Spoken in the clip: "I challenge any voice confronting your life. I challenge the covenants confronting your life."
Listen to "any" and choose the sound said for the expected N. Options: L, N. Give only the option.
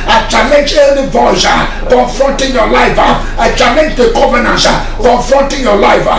L